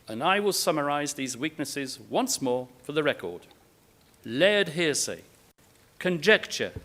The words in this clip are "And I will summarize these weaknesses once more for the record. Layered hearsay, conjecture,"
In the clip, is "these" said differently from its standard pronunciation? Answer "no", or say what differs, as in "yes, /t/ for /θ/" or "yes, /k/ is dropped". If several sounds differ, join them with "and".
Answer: no